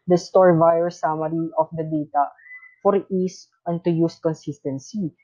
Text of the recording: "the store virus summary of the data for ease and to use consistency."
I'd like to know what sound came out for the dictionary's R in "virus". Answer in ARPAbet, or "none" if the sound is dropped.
none